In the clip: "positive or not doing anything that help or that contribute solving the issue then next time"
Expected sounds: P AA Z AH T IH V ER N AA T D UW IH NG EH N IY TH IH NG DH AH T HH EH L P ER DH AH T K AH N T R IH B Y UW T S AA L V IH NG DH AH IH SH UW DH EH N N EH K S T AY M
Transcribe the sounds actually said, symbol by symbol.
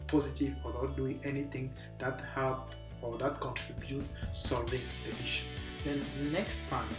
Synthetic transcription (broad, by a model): P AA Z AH T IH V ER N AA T D UW IH NG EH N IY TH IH NG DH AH T HH EH L P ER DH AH T K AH N T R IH B Y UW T S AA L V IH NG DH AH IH SH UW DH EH N N EH K S T AY M